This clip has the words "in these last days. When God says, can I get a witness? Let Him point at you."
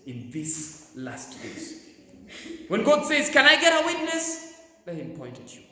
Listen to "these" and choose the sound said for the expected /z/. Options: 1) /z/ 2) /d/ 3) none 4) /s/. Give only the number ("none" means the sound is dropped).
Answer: 4